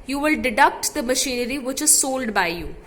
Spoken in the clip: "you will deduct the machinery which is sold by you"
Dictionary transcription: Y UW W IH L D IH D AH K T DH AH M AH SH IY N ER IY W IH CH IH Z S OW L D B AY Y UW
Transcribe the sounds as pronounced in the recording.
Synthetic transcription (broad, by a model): Y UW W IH L D IH D AH K T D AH M AH SH IY N ER IY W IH CH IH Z S OW L D B AY Y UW